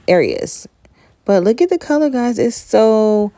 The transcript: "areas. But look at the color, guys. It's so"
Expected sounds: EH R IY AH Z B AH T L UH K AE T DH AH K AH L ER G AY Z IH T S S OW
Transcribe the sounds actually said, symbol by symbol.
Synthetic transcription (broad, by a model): EH R IY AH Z B AH T L UH K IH T DH AH K AH L ER G AY Z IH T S S OW